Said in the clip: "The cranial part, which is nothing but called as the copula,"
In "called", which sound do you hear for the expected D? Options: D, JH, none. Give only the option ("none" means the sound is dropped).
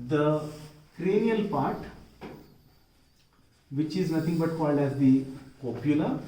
D